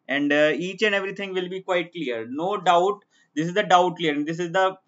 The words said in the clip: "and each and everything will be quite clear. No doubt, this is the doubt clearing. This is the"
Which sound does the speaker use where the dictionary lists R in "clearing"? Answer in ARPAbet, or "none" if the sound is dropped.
none